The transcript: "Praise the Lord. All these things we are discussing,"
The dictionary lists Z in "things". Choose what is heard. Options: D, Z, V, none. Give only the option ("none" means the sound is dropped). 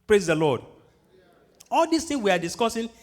none